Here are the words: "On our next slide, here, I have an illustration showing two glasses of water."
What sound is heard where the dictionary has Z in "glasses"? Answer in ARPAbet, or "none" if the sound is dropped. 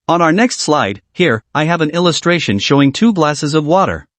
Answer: Z